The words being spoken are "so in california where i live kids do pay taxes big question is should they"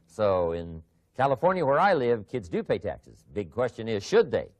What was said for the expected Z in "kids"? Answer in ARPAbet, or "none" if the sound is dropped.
Z